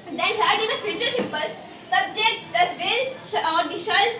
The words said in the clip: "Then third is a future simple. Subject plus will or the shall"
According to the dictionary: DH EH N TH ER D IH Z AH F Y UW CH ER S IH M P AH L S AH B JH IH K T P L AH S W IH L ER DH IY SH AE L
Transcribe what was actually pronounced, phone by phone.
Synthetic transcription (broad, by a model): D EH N S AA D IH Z AH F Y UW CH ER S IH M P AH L S AH B JH IH K T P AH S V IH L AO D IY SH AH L